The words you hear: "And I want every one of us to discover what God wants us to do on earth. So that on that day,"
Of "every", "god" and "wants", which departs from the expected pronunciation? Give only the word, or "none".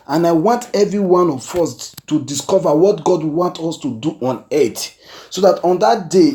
wants